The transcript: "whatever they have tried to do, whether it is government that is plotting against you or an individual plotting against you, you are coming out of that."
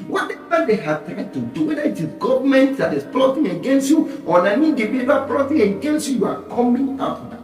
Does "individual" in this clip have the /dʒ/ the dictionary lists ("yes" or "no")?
no